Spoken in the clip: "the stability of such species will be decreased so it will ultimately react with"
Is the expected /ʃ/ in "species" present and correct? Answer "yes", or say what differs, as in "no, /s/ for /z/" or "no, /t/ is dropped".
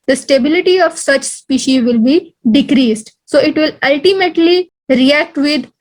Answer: yes